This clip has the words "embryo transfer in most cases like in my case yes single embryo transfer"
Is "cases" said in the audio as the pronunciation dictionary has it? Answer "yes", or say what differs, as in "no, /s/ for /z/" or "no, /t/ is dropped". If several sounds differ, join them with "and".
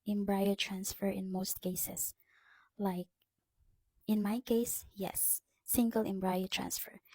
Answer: no, /s/ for /z/